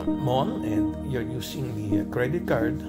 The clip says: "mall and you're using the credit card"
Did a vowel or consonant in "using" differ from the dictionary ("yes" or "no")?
yes